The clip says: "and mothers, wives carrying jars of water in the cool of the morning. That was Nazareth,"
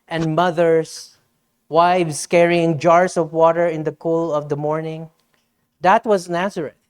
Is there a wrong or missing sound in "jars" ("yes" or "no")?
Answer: yes